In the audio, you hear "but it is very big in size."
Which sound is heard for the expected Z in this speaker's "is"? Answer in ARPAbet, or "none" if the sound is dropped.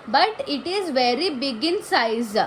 Z